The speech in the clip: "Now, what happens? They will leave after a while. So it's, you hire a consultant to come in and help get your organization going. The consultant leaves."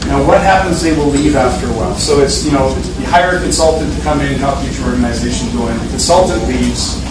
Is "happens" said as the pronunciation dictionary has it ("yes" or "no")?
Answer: yes